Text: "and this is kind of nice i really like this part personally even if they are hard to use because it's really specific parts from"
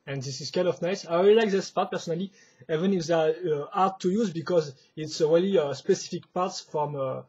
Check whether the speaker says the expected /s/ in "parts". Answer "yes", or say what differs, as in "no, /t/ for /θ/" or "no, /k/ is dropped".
yes